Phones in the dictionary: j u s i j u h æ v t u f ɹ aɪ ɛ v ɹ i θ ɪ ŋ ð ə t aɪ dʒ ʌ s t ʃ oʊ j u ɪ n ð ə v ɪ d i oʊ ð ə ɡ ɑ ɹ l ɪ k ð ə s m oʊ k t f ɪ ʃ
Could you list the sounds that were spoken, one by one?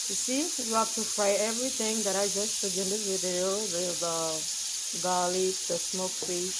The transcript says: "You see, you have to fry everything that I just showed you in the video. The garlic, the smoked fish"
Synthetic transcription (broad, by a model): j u s i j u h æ f t u f ɹ aɪ ɛ v ɹ i θ ɪ ŋ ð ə t aɪ dʒ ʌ s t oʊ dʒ ɪ n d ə w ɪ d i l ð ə ɡ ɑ l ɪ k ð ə s m oʊ k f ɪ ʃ